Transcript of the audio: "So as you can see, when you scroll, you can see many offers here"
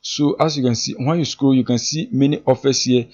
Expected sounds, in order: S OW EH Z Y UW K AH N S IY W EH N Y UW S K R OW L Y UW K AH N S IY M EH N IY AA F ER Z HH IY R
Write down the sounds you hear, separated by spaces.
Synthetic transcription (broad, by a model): S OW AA S Y UW K AH N S IY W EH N Y UW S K OW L Y UW K AH N S IY M EH N IY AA F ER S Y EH